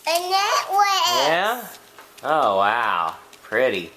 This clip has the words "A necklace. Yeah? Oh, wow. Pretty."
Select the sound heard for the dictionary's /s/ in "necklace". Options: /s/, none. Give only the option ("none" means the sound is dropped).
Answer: none